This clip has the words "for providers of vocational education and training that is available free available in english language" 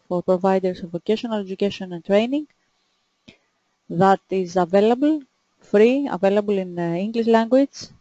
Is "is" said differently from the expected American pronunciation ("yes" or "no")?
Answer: no